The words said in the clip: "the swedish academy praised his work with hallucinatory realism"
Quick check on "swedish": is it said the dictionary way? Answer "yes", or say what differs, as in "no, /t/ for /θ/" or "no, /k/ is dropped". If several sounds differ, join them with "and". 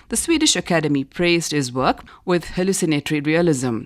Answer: yes